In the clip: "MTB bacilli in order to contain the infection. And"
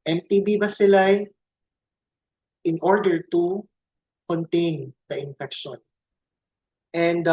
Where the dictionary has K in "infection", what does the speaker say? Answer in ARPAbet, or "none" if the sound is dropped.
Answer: K